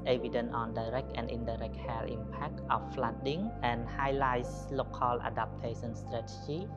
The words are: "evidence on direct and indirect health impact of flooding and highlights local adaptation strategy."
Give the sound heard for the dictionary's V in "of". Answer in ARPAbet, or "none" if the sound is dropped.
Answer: F